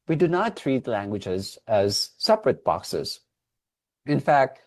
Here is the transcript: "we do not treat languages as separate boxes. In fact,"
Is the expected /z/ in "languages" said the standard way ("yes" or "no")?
yes